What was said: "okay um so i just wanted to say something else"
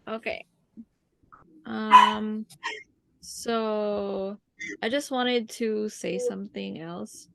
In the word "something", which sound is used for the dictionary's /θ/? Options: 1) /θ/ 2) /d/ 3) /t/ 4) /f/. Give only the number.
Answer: 1